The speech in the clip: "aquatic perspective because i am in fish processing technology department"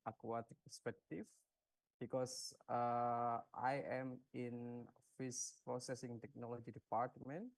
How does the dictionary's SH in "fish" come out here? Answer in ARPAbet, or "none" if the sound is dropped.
S